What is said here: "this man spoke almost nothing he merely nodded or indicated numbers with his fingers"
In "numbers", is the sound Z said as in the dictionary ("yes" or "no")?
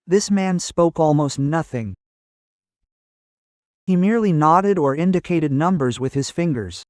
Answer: yes